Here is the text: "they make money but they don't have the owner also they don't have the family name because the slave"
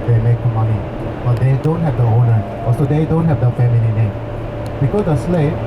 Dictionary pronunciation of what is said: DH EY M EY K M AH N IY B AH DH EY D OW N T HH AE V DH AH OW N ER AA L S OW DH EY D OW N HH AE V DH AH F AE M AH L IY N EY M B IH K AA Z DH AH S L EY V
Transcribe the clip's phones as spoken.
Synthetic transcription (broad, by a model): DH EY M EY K M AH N IY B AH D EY D OW N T HH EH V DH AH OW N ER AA S OW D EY D OW N HH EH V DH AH F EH M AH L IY N EY M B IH K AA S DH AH S L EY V